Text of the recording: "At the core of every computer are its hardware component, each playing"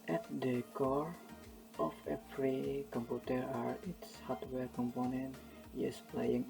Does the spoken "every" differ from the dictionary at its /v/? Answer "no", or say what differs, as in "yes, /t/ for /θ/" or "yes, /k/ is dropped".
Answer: yes, /p/ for /v/